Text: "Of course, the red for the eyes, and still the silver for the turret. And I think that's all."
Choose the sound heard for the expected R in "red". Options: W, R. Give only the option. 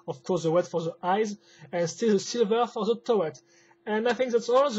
W